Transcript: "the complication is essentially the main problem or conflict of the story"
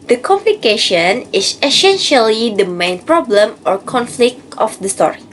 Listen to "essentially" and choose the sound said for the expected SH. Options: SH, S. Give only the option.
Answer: SH